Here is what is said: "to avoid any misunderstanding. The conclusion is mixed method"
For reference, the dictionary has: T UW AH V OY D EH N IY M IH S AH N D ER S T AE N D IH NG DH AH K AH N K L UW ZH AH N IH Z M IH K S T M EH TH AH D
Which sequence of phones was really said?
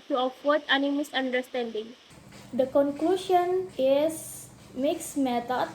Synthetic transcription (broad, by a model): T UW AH F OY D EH N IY M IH S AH N D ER S T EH N D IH NG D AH K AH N K L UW SH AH N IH S M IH K S M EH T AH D